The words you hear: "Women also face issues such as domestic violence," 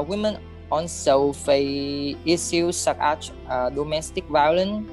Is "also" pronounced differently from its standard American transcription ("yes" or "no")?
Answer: yes